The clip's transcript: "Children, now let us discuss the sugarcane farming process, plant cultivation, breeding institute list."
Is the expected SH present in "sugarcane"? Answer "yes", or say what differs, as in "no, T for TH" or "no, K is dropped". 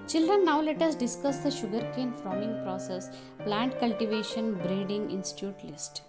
yes